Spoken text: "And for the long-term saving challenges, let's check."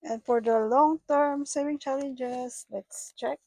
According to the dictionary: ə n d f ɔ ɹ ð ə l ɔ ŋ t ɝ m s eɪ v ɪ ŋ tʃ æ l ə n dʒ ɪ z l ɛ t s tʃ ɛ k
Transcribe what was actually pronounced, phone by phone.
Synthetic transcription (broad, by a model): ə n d f ɔ ɹ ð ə l ɔ ŋ t ɝ m s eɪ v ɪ ŋ tʃ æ l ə n dʒ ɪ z l ɛ t s tʃ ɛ k